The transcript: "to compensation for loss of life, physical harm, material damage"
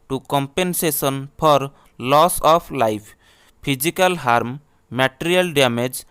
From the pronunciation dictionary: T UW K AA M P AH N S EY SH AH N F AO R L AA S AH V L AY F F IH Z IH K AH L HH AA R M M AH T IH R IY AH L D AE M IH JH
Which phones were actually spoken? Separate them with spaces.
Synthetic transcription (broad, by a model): T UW K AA M P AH N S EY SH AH N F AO R L AA S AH P L AY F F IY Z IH K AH L HH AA R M M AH T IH R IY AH L D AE M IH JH